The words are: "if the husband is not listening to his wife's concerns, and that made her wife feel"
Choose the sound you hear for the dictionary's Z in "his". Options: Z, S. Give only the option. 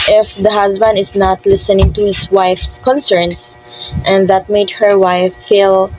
S